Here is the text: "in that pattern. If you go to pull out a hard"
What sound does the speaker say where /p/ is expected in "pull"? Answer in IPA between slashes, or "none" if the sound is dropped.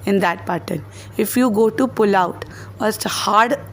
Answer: /p/